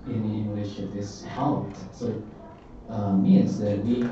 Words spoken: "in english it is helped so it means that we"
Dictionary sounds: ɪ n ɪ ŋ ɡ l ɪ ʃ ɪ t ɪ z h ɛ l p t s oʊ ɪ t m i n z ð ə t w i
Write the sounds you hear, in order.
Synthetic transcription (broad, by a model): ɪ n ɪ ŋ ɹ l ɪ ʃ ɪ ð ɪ s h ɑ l t s oʊ ɪ t m i n z ð ə t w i